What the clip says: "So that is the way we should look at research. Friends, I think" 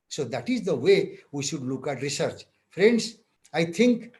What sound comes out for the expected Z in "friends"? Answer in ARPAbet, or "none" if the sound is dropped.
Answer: S